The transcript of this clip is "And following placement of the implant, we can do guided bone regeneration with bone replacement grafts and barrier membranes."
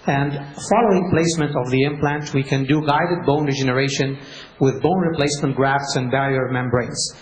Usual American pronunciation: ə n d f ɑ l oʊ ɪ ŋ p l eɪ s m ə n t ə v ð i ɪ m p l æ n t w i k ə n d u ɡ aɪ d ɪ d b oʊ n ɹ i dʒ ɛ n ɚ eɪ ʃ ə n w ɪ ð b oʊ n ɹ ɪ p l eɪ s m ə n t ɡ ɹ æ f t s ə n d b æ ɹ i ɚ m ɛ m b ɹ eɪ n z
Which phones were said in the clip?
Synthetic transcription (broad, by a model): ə n d f ɑ l oʊ ɪ ŋ p l eɪ s m ə n t ə v ð i ɪ m p l æ n t w i k ə n d u ɡ aɪ d ɪ d b oʊ n ɹ i dʒ ɛ n ɚ eɪ ʃ ə n w ɪ ð b oʊ n ɹ ɪ p l eɪ s m ə n t ɡ ɹ æ f t s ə n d b æ ɹ i ɚ m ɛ m b ɹ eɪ n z